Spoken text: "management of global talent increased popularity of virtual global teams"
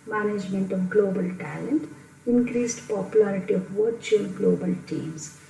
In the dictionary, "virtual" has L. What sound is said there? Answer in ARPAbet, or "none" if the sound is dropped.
N